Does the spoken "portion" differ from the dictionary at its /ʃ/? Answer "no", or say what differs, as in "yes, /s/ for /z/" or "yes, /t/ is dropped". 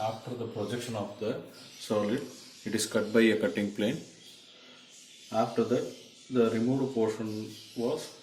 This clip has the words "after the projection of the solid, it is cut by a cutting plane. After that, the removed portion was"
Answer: no